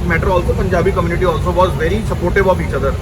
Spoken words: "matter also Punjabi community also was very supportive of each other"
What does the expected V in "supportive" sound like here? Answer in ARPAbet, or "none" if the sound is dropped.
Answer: B